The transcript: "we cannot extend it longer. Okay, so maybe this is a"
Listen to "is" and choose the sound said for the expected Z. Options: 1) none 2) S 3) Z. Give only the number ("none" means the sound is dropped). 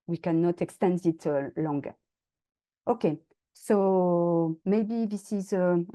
3